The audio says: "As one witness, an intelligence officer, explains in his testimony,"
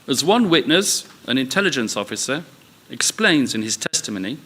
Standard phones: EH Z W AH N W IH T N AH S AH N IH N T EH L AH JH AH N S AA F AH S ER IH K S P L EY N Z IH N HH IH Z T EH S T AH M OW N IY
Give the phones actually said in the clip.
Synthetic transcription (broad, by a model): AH Z W AH N W IH T N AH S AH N IH N T EH L AH JH AH N S AA F AH S ER IH K S P L EY N Z IH N IH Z T EH S T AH M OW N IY